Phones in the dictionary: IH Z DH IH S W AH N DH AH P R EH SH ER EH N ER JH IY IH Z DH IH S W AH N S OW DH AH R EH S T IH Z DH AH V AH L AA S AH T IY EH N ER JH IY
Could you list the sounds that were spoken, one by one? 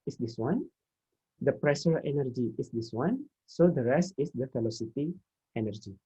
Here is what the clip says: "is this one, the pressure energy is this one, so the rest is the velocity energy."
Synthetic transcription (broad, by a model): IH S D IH S W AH N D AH P R EH SH ER EH N ER JH IY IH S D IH S W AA N S OW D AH R EH S T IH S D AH F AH L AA S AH T IY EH N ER JH IY